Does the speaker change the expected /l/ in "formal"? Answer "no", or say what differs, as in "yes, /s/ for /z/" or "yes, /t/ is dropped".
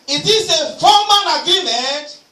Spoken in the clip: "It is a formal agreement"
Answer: yes, /n/ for /l/